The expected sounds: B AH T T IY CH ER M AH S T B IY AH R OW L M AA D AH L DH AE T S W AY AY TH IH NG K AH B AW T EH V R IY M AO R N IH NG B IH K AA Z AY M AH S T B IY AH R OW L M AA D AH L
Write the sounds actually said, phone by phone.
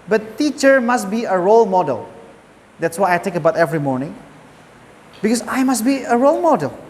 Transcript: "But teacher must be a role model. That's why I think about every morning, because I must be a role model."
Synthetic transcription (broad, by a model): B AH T T IY CH ER M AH S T B IY AH R OW L M AA D AH L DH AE T S W AY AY T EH K AH B AW T EH V R IY M AO R N IH NG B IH K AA S AY M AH S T B IY AH R OW L M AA D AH L